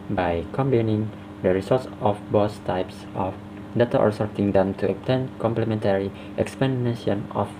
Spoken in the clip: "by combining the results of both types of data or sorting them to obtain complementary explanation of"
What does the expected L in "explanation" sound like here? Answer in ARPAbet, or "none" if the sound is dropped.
none